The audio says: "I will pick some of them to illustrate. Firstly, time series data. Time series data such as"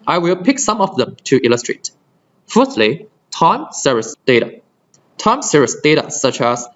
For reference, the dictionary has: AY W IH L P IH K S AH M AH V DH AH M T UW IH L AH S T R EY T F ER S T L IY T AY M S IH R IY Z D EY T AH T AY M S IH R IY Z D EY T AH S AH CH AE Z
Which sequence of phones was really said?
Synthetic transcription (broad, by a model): AY W IH L P IH K S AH M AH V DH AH M T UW IH L AH S T R EY T F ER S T L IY T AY M S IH R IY S D EY T AH T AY M S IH R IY S D EY T AH S AH CH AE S